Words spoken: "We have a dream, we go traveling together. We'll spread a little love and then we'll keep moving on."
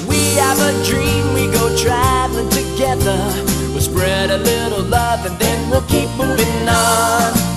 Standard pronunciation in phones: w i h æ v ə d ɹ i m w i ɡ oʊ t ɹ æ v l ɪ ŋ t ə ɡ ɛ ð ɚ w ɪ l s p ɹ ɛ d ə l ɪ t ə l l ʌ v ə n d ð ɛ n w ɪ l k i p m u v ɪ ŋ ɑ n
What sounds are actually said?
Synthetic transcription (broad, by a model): w i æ v ə d ɹ i m w i ɡ oʊ t ɹ æ v l ɪ ŋ t ə ɡ ɛ ð ɚ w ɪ s p ɹ ɛ d ə l ɪ t l l ʌ v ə n ð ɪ n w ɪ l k i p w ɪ ɪ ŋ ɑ n